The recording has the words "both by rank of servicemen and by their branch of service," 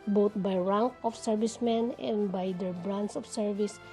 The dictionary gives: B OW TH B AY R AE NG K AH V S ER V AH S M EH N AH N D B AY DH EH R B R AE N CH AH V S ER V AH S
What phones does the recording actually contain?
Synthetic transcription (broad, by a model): B OW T B AY R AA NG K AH F S ER V AH S M EH N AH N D B AY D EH R B R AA N S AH F S ER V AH S